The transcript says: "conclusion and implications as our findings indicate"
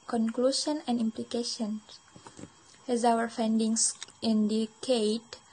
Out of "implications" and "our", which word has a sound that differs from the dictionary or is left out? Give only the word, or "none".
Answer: implications